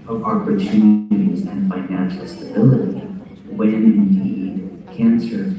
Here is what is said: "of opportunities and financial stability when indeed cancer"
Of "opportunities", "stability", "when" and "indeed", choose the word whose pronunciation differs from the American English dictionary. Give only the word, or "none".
none